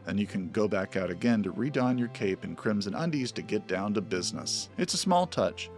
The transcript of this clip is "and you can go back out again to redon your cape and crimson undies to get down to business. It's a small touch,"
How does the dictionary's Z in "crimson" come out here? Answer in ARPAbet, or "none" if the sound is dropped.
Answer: Z